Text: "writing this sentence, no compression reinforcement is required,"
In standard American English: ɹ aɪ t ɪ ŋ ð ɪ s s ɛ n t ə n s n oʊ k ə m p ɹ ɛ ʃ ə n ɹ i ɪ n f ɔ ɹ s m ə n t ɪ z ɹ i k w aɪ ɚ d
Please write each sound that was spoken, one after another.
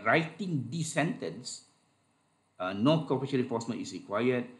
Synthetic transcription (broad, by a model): ɹ aɪ t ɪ ŋ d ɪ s s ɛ n t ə n s n oʊ k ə p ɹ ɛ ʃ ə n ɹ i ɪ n f ɔ s m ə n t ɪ s ɹ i k w aɪ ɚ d